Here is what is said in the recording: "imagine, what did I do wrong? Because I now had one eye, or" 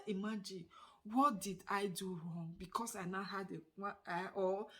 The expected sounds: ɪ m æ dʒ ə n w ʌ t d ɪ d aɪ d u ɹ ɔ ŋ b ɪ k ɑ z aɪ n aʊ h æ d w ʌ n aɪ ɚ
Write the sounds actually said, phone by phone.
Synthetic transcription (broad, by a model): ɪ m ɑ dʒ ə n w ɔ t d ɪ d aɪ d u ɹ ɔ ŋ b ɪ k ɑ s aɪ n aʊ h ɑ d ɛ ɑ aɪ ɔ